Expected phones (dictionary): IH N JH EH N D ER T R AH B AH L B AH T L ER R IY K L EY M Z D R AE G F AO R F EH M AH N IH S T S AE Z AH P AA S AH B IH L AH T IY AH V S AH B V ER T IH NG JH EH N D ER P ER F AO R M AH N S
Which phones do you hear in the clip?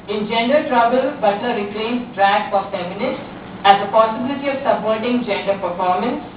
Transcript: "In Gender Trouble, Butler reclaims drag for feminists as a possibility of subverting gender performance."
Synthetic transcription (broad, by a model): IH N JH EH N D ER T R AH B AH L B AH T ER R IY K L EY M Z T R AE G F AO R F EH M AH N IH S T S AE Z AH P AA S AH B IH L AH T IY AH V S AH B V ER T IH NG JH EH N D ER P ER F AO R M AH N S